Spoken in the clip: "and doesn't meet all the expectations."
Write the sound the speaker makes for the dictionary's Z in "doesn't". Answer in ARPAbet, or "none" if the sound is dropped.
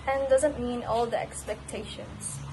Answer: Z